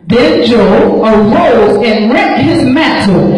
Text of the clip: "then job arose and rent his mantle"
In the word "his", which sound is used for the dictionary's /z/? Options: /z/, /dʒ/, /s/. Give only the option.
/z/